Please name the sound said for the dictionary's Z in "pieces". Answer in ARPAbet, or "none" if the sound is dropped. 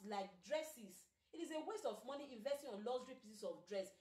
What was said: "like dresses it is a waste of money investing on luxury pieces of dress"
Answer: S